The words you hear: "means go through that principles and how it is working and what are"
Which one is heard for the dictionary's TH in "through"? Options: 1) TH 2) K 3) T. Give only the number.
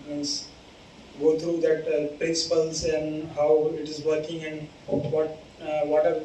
3